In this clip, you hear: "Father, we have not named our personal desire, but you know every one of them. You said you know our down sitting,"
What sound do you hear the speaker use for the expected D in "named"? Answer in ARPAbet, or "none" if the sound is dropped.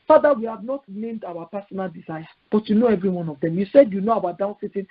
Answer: D